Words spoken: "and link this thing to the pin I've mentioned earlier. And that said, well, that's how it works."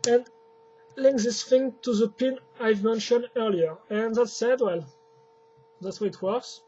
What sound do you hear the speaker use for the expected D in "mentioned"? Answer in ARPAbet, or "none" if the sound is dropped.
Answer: D